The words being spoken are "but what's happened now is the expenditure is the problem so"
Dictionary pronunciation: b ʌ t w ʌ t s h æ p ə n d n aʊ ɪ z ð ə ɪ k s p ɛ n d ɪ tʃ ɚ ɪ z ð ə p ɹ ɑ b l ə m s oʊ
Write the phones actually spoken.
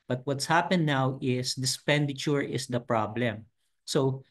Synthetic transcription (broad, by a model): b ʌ t w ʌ t s h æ p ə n n aʊ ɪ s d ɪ s p ɛ n d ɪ tʃ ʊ ɪ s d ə p ɹ ɑ b l ə m s oʊ